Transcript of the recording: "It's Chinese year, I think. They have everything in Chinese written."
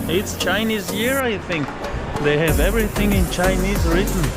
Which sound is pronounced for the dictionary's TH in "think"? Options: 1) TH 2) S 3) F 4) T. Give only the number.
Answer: 1